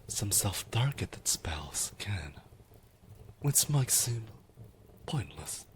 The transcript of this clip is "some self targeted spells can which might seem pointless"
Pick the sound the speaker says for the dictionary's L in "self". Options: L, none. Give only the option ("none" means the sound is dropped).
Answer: L